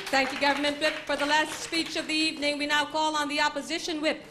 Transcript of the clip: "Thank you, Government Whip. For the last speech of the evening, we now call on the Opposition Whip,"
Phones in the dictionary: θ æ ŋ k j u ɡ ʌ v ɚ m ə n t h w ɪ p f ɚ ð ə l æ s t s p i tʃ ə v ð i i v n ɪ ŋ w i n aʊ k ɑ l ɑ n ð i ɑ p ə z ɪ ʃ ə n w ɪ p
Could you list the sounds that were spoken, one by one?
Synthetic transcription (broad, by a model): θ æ ŋ k j u ɡ ʌ v ɚ m ə n t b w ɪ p f ɚ ð ə l æ s t s p i tʃ ə v ð i i v n ɪ ŋ w i n aʊ k ɑ l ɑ n ð i ɑ p ə z ɪ ʃ ə n w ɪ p